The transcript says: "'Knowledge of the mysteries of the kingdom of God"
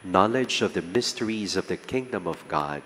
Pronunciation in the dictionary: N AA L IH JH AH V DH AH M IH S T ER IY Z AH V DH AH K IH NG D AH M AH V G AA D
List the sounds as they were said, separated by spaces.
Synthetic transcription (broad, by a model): N AA L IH JH AH V DH AH M IH S T ER IY Z AH V DH AH K IH NG D AH M AH V G AA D